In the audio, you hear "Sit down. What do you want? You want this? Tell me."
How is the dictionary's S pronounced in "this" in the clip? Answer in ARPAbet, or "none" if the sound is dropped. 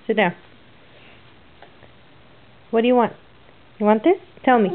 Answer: S